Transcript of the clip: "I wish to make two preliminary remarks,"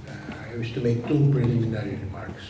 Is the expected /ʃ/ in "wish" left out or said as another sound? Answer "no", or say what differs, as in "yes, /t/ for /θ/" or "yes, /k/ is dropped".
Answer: yes, /s/ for /ʃ/